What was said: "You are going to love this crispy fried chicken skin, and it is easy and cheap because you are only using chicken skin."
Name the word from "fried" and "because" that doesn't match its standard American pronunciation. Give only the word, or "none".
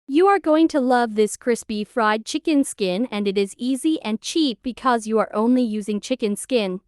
none